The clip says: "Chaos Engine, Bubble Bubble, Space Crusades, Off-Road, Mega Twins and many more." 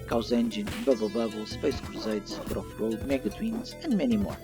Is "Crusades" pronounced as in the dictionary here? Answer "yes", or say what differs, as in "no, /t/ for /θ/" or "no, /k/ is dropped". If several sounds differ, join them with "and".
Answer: no, /s/ is dropped